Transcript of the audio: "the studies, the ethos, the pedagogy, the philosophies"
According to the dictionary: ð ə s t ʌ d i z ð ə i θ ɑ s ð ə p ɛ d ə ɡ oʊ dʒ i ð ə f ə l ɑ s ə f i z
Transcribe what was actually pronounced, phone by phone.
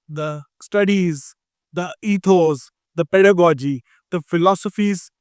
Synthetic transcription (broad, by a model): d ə s t ʌ d i z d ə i t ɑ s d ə p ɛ d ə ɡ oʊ dʒ i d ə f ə l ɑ s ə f i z